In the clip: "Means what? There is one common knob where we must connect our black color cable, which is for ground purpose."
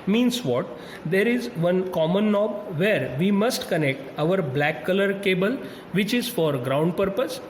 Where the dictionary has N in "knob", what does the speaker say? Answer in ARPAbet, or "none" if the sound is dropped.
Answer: N